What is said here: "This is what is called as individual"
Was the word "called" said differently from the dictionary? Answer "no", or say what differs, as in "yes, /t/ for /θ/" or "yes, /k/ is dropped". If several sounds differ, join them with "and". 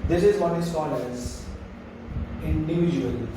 yes, /d/ is dropped